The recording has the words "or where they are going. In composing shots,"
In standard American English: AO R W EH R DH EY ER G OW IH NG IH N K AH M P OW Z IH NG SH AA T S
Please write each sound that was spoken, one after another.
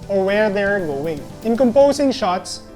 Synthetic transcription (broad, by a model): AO R W EH R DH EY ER G OW IH NG IH N K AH M P OW S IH NG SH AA T S